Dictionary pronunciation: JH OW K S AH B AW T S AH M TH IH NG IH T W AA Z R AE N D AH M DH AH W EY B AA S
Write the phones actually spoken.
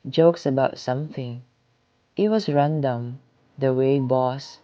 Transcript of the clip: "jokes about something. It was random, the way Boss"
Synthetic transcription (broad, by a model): JH OW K S AH B AW T S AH M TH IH NG IH T W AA S R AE N D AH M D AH W EY B AA S